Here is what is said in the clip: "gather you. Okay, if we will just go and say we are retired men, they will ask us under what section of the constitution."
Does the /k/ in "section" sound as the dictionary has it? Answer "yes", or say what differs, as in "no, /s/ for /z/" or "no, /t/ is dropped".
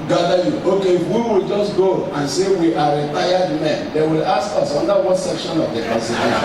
yes